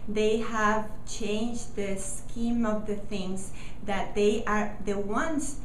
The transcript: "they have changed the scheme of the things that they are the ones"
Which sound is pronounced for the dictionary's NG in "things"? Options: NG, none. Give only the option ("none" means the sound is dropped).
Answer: NG